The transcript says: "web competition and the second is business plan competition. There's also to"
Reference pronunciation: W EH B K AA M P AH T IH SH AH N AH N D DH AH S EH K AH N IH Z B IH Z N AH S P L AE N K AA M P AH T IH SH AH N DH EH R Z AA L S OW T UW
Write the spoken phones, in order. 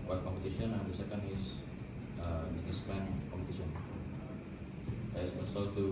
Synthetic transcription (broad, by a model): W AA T K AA M P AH T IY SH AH N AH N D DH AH S EH K AH N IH S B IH S N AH S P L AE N K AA M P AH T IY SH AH N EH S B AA S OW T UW